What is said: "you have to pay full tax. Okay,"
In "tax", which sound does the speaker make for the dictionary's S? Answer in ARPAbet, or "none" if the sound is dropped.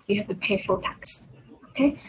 S